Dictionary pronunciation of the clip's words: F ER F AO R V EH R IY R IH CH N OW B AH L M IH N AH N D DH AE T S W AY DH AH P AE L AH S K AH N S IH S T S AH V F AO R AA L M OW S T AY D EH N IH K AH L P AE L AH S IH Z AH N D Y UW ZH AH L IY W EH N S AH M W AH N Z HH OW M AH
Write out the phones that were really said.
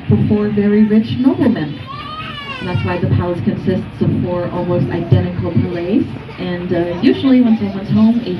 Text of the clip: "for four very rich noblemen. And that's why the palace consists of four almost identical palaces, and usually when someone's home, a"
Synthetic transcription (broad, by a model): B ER F AO R V EH R IY R IH CH N OW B L M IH N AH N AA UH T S AY DH AH P AE L AH S K AH N S IH S T S AH V F AO R AA L M OW S T AY D EH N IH K L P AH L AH IH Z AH N Y UW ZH L IY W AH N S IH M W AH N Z HH OW M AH